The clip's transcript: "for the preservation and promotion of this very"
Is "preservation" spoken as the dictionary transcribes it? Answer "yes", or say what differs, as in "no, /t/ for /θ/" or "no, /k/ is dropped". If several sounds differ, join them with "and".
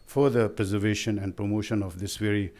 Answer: yes